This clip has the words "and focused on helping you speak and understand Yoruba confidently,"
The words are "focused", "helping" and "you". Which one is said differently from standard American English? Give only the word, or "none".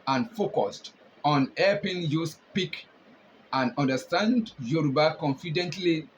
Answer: helping